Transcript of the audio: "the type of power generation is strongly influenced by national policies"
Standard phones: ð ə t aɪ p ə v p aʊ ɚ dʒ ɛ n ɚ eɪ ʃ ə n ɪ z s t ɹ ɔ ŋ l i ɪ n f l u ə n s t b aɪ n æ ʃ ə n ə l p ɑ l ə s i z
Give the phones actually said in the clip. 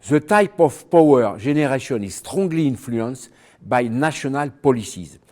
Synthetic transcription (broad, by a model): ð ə t aɪ p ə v p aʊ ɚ ʒ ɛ n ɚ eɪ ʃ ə n ɪ z s t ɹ ɔ ŋ l i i n f l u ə n s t b aɪ n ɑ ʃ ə n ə l p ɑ l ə s i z